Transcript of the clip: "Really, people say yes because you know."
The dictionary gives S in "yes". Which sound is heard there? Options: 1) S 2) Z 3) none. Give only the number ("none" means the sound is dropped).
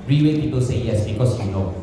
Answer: 1